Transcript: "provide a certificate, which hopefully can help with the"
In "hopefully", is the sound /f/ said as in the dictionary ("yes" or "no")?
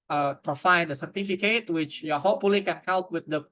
no